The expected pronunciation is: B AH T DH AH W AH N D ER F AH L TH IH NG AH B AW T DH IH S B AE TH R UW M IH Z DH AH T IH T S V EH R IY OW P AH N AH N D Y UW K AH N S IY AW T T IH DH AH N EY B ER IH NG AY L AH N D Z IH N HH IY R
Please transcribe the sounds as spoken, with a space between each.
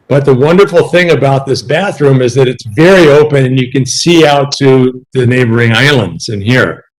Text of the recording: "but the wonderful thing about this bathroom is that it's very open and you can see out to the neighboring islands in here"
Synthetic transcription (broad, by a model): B AH T DH AH W AH N D ER F L TH IH NG AH B AW T DH IH S B AE TH R UW M IH Z DH AH T IH T S V EH R IY OW P AH N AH N Y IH K AH N S IY AW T T IH DH AH N EY B ER IH NG AY L AH N D Z IH N HH IY R